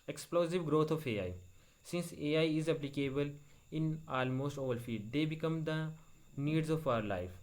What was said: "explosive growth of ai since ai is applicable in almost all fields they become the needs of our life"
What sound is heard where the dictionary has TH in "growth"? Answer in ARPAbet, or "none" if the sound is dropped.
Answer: T